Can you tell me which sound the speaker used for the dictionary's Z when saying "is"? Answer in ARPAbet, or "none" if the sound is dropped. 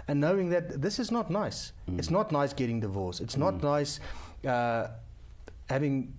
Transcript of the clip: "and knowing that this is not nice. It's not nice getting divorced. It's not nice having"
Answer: Z